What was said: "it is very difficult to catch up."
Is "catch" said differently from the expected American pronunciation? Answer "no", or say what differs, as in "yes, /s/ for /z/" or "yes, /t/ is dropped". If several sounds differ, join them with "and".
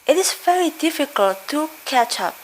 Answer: no